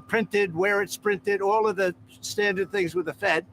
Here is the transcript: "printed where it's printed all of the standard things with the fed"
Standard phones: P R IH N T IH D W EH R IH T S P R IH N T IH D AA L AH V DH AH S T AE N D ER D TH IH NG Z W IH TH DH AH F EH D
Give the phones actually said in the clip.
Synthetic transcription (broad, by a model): P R IH N T IH D W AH R IH T S P R IH N T IH D AA L AH V DH AH S T AE N D ER D TH IH NG Z W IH DH AH F EH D